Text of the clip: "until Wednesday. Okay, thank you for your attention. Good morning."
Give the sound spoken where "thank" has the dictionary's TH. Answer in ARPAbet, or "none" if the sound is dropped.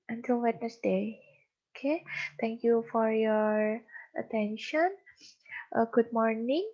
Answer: T